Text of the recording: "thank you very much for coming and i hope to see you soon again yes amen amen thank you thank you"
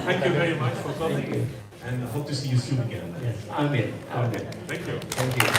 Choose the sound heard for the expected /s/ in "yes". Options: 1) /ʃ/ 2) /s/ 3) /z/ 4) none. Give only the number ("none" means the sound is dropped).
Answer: 4